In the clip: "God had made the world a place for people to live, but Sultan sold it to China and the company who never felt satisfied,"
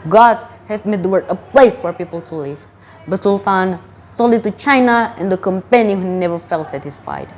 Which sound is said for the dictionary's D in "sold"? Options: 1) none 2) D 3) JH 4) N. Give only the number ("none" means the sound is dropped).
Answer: 1